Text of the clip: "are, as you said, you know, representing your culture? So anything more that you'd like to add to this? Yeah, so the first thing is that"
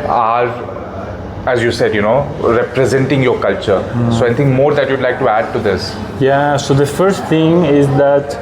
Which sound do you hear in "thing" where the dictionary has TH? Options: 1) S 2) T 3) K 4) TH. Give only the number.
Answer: 2